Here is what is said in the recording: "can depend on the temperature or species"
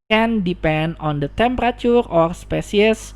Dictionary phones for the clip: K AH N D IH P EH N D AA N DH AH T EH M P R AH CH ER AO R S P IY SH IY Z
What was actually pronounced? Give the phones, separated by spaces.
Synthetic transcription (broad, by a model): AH N D IH P EH N D AA N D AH T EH M P R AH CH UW AO R S P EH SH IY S